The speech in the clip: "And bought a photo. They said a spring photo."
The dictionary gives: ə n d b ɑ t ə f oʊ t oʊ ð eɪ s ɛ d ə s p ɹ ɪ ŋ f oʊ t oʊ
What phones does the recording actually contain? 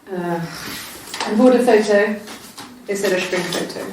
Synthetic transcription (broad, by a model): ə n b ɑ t ə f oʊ t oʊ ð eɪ s ɛ d ə ʃ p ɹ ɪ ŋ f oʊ t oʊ